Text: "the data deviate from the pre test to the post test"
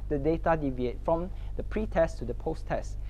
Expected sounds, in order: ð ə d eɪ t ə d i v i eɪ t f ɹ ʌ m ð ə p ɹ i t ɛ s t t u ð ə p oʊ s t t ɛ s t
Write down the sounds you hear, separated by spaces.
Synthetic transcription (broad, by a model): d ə d eɪ t ə d i v i eɪ t f ɹ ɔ m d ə p ɹ i t ɛ s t t u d ə p oʊ s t t ɛ s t